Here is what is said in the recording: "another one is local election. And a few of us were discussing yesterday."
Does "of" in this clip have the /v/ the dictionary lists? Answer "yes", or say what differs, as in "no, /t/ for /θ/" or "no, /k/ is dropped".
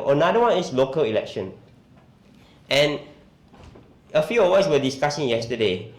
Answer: no, /w/ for /v/